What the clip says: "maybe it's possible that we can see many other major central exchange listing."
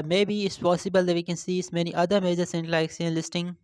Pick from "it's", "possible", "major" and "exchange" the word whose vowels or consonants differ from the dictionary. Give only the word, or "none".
exchange